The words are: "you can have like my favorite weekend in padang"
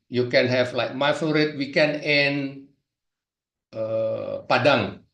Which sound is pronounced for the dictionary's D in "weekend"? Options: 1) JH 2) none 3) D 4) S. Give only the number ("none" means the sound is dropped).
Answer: 2